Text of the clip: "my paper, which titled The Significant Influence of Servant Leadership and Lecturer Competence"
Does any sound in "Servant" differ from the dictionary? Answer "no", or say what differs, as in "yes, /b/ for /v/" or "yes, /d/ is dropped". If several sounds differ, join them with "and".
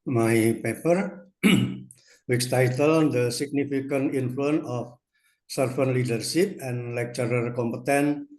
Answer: yes, /f/ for /v/